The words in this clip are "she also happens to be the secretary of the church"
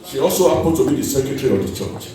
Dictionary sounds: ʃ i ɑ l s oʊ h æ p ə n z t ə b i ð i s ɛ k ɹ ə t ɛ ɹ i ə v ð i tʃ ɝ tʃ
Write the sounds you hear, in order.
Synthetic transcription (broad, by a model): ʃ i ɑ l s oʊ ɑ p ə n t ə b i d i s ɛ k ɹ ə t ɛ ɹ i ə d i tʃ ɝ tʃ